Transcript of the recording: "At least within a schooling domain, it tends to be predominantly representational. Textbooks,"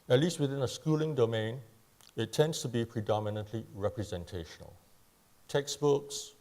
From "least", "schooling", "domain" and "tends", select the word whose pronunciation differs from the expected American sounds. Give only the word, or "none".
tends